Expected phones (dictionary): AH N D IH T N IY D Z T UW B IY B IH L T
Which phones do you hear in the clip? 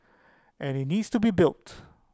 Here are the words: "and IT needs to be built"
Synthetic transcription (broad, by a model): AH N IH T N IY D S T UW B IY B IH L T